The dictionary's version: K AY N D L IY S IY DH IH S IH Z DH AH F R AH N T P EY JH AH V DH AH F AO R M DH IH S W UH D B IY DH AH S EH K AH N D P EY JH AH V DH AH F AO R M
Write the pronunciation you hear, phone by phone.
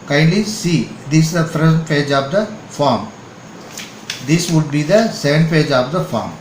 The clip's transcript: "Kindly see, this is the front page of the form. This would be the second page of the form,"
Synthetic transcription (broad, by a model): K AY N D L IY S IY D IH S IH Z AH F AH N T P EY JH AH V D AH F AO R M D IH S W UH D B IY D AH S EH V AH N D P EY JH AH V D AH F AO R M